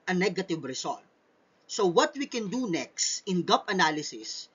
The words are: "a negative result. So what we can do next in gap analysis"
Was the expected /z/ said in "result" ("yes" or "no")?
no